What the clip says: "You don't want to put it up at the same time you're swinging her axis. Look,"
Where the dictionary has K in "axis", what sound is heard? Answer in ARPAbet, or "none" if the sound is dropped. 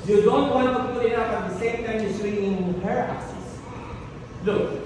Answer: none